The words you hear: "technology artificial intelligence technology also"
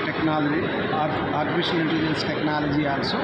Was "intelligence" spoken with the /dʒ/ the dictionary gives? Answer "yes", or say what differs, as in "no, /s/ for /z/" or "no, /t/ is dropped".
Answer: no, /dʒ/ is dropped